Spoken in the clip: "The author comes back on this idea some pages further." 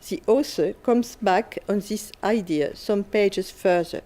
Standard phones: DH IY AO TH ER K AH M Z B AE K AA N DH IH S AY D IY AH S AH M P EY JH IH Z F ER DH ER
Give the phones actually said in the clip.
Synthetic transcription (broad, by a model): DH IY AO S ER K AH M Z B AE K AA N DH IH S AY D IY AH S AH M P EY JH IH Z F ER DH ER